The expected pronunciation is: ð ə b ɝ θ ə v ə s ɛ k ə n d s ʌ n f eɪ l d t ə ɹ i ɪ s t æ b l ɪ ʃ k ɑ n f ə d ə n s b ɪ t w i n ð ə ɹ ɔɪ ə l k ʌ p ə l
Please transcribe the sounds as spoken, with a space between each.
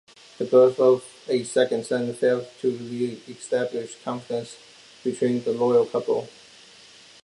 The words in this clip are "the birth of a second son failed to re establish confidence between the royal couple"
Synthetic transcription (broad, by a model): ð ə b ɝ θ ə v ə s ɛ k ə n d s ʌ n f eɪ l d t ə ɹ i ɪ s t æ b l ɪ ʃ k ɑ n f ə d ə n s b ɪ t w i n ð ə l ɔɪ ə l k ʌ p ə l